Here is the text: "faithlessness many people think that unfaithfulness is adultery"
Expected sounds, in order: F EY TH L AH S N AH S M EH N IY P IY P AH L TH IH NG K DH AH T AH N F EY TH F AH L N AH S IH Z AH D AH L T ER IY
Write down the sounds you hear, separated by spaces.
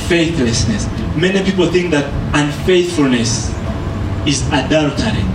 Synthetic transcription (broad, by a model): F EY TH L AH S N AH S M EH N IY P IY P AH L TH IH NG K DH AH T AH N F EY TH F AH L N AH S IH Z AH D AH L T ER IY